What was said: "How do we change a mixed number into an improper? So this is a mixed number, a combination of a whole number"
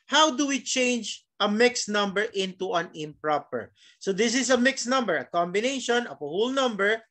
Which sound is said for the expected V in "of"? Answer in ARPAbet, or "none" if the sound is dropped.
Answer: P